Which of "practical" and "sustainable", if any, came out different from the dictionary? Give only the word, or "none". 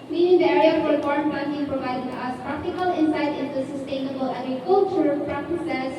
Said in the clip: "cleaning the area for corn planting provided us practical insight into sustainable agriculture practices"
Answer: none